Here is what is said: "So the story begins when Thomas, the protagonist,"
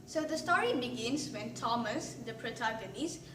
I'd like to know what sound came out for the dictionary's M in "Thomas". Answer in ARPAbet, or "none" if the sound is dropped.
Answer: M